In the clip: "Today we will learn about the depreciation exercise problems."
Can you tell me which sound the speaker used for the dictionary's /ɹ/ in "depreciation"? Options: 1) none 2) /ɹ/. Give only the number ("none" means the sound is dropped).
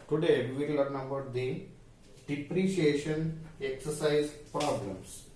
2